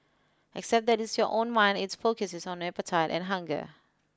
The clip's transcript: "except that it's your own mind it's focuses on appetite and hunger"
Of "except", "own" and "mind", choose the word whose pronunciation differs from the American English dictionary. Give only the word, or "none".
none